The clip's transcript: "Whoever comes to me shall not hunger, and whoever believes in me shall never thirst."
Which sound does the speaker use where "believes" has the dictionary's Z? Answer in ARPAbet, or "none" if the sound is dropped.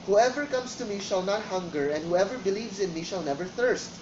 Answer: Z